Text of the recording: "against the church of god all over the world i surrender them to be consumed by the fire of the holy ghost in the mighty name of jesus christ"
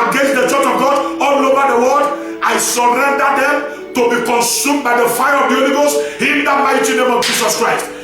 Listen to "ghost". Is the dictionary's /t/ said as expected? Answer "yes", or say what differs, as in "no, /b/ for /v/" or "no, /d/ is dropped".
no, /t/ is dropped